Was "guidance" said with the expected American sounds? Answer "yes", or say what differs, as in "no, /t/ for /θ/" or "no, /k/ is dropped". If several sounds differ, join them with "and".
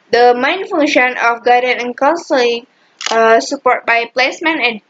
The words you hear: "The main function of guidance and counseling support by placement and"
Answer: no, /s/ is dropped